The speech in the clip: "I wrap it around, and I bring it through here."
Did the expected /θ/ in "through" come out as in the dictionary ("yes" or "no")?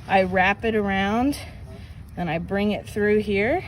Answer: yes